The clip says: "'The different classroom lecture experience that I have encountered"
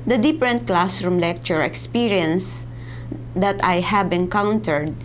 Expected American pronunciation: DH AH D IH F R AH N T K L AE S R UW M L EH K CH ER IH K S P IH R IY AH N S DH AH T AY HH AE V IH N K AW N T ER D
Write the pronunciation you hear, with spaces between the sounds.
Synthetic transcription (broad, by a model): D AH D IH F R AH N T K L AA S R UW M L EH K CH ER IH K S P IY R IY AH N S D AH T AY HH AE B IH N K AW N T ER D